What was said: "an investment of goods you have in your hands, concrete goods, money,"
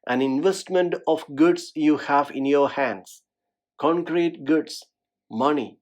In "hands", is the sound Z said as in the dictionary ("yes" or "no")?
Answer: no